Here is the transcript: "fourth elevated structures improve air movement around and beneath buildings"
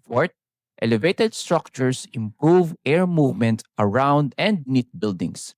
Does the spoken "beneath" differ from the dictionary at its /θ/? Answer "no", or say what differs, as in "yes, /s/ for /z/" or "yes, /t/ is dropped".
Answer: yes, /t/ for /θ/